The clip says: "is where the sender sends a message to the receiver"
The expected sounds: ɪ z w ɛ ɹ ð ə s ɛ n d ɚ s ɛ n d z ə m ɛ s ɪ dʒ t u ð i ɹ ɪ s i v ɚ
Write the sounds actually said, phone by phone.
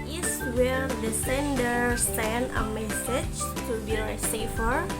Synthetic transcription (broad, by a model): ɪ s w ɛ ɹ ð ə s ɛ n d ɚ s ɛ n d ə m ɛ s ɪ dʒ t u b i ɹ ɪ s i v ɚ